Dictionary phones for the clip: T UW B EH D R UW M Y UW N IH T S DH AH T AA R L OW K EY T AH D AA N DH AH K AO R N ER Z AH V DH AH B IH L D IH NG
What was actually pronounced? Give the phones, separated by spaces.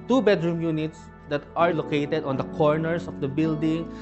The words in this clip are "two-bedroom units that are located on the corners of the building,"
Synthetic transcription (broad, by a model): T UW B EH D R UW M Y UW N IH T S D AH T AA R L OW K EY T AH D AA N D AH K AO R N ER S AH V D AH B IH L D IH NG